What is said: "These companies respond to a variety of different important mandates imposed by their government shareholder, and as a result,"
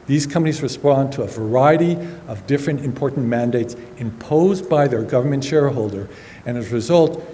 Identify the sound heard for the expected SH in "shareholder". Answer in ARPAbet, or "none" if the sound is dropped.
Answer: SH